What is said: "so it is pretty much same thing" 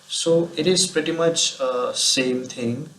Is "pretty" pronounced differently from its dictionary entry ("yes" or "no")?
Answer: no